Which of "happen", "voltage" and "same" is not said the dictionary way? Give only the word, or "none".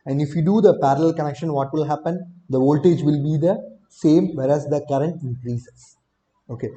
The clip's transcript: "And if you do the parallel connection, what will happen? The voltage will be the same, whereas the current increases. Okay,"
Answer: none